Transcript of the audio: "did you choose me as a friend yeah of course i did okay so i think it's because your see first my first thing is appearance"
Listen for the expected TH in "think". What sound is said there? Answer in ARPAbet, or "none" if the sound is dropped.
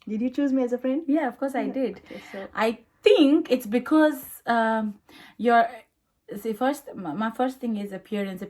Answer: T